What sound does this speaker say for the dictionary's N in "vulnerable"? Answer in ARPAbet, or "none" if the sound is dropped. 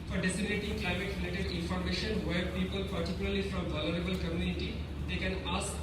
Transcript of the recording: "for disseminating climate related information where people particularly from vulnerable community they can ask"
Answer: none